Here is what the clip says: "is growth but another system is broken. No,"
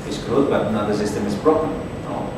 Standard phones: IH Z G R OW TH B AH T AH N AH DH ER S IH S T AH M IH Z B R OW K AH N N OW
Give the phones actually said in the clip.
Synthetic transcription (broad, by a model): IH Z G OW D B AH T AH N AH DH ER S IH S T AH M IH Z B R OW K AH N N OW